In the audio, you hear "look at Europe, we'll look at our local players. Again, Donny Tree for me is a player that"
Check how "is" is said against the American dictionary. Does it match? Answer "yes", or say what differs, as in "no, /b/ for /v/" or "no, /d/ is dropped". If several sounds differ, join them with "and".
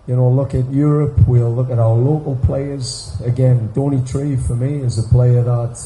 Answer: yes